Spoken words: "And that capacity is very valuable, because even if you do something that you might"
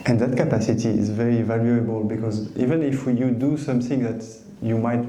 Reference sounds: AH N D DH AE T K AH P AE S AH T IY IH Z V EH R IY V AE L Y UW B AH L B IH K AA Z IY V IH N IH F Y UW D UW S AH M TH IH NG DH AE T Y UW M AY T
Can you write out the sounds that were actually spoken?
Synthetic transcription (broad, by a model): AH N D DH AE T K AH P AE S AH T IY IH Z V EH R IY V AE L Y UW B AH L B IH K AA Z IY V IH N IH F Y UW D UW S AH M TH IH NG DH AE T Y UW M AY T